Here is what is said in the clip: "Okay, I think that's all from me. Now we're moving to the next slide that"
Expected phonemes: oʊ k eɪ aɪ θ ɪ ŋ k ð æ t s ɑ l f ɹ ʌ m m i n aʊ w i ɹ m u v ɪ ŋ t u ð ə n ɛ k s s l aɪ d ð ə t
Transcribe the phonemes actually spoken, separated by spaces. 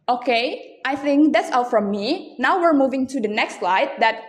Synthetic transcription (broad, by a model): oʊ k eɪ aɪ θ ɪ ŋ k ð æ t s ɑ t f ɹ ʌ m m i n aʊ w i ɹ m u v ɪ ŋ t u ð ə n ɛ k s s l aɪ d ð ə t